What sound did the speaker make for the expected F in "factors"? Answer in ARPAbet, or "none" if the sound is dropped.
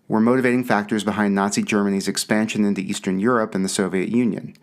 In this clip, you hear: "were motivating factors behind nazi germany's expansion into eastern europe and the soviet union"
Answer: F